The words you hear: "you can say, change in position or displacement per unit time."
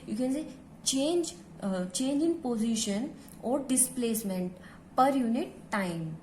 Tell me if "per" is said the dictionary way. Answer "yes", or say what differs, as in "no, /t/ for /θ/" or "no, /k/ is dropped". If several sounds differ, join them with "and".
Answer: yes